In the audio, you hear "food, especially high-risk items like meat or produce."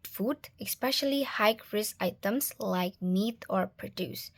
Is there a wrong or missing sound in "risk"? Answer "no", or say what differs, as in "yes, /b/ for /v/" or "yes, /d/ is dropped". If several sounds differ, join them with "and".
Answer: yes, /k/ is dropped